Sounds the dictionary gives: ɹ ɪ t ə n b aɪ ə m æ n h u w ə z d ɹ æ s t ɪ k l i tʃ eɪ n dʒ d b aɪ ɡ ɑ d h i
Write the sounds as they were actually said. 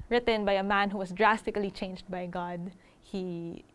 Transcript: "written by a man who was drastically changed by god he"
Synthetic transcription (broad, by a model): ɹ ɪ t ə n b aɪ ə m æ n h u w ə s d ɹ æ s t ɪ k l i tʃ eɪ n dʒ d b aɪ ɡ ɑ d h i